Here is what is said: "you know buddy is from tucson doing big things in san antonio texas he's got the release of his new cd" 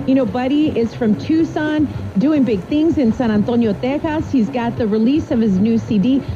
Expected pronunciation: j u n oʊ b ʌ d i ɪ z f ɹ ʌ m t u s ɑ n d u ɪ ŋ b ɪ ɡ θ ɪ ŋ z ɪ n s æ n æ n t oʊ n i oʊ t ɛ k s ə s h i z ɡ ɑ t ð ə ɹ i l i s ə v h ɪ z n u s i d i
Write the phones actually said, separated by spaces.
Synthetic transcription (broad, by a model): j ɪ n oʊ b ʌ d i ɪ z f ɹ ʌ m t u s ɑ n d u ɪ ŋ b ɪ ɡ θ ɪ ŋ z ɪ n s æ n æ n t oʊ n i oʊ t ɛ k ə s h i z ɡ ɑ t ð ə ɹ i l i s ə v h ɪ z n u s i d i